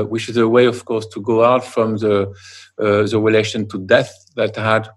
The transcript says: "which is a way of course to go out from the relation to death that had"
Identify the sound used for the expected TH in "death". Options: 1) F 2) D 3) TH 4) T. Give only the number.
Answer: 3